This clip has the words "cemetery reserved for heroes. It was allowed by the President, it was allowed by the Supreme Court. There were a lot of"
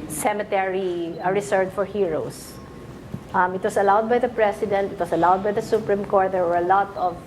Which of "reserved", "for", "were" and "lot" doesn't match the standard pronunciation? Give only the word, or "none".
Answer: reserved